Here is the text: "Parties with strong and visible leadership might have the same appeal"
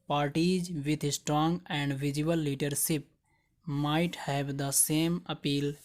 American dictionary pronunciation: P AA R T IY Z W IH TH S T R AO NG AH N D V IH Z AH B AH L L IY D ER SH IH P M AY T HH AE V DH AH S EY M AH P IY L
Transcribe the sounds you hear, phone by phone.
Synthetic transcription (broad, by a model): P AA R T IY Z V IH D S T R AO NG AH N D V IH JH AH AH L L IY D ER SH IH P M AY T HH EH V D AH S EY M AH P IY L